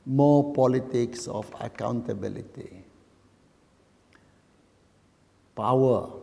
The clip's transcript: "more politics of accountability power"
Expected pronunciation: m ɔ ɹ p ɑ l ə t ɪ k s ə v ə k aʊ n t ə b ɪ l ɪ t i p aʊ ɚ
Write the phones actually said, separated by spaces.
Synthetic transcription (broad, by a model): m ɔ p ɑ l ə t ɪ k s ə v ə k aʊ n t ə b ɪ l ɪ t i p aʊ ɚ